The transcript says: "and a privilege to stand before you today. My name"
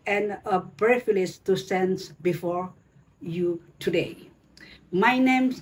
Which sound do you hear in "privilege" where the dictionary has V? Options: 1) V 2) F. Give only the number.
2